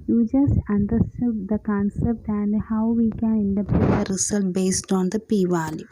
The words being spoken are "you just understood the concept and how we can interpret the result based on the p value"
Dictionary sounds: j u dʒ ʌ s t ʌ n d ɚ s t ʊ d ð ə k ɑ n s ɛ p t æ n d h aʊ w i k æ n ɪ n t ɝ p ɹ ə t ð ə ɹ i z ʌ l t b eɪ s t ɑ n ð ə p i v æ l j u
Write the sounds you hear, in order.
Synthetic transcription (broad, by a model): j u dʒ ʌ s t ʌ n d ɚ s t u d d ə k ɑ n s ɛ p t æ n d h aʊ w i k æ n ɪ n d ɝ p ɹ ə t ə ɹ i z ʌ l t b eɪ s t ɑ n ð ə p i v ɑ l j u